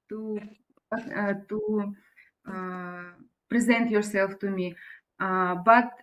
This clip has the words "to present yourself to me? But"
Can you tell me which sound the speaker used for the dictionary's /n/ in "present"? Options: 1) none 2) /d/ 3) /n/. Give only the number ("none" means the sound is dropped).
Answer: 3